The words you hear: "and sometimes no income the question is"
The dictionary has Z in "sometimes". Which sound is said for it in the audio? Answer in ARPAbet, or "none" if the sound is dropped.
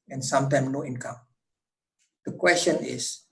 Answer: none